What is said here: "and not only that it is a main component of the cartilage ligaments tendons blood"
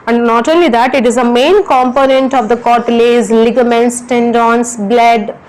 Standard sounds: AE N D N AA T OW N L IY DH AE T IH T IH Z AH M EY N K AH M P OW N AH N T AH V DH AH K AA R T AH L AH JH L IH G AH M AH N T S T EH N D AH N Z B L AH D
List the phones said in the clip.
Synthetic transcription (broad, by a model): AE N D N AA T OW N L IY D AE T IH T IH Z AH M EY N K AH M P OW N AH N T AH V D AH K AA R T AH L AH Z L IH G AH M AH N T S T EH N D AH N S B L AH D